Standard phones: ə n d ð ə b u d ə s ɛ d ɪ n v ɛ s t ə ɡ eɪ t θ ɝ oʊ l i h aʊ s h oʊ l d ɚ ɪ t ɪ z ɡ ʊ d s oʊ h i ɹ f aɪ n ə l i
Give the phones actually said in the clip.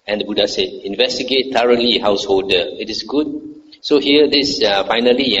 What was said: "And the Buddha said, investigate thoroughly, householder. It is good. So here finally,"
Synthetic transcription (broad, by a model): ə n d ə b u d ə s ɛ d ɪ n v ɛ s t ə ɡ eɪ t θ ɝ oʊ l i h aʊ s h oʊ l d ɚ ɪ t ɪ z ɡ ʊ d s oʊ h i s f aɪ n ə l i